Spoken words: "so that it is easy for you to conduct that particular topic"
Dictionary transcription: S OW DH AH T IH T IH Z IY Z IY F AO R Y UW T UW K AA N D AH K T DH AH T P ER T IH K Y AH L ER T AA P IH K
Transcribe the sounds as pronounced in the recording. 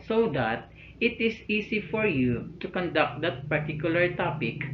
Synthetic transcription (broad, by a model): S OW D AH T IH T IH S IY S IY F AO R Y UW T UW K AA N D AH K T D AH T P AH T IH K Y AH L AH T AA P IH K